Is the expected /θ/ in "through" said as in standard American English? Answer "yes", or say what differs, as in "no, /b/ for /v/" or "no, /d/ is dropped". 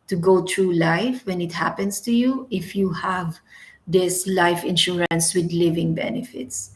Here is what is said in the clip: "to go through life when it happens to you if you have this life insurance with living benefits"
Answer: no, /t/ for /θ/